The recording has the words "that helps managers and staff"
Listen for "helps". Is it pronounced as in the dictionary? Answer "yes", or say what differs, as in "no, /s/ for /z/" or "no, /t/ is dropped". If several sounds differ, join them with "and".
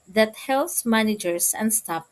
no, /p/ is dropped